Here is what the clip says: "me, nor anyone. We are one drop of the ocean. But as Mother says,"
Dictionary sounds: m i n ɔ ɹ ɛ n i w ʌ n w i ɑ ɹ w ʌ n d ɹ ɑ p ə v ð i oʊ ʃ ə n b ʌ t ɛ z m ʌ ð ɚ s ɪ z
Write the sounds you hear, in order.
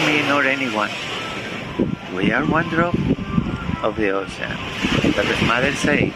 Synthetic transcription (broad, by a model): m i n ɔ ɹ ɛ n i w ʌ n w i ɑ ɹ w ʌ n d ɹ ɑ p ə v ð i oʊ s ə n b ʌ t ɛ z m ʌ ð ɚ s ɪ